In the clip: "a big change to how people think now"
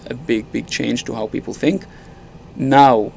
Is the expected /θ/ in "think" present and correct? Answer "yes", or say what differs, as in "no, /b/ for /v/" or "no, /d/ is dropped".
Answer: yes